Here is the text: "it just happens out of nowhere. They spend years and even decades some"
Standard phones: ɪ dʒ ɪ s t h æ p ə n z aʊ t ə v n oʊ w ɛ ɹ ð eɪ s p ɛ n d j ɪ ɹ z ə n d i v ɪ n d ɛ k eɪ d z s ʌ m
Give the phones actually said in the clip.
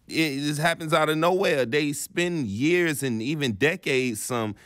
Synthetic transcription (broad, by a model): ɪ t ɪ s h æ p ə n z aʊ t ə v n oʊ w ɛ ð eɪ s p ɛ n j ɪ ɹ z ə n i v ɪ n d ɛ k eɪ d z s ʌ m